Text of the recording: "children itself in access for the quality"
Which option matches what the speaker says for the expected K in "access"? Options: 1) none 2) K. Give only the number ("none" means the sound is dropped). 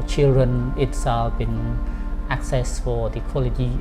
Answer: 2